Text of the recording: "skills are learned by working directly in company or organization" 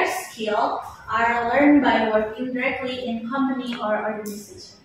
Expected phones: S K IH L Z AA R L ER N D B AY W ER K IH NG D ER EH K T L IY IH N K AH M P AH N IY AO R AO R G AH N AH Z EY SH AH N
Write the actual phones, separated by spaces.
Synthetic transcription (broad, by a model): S K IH L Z AA R L ER N D B AY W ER K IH NG D ER EH K T L IY IH N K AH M AH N IY AO R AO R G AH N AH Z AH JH